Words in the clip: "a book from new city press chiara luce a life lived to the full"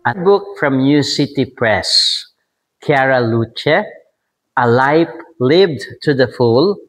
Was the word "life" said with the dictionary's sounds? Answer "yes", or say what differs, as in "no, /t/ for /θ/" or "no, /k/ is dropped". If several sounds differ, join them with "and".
no, /p/ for /f/